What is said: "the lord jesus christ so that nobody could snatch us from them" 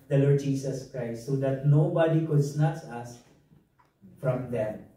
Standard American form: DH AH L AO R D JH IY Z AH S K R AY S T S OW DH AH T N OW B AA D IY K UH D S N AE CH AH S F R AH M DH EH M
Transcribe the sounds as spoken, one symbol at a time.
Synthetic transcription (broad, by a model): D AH L AO R D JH IY S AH S K R AY S T S OW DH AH T N OW B AA D IY K UH D S N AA S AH S F R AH M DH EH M